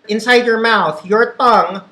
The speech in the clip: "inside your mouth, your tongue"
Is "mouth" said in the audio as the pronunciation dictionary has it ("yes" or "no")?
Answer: yes